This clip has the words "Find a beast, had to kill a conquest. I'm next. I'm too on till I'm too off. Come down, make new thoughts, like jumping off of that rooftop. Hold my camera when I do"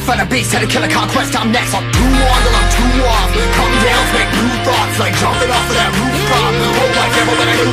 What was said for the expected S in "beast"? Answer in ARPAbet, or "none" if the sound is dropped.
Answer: none